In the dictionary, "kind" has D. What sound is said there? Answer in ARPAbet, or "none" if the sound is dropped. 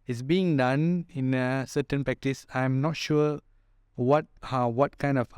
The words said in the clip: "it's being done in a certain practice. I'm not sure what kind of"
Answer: D